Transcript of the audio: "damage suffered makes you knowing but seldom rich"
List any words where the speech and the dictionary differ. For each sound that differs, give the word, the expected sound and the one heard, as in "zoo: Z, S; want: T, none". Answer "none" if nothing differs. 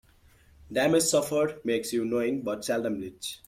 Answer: rich: R, L